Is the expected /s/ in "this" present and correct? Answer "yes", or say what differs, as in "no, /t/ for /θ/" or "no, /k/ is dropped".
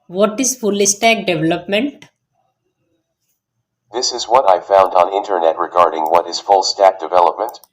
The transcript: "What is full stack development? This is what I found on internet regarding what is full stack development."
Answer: yes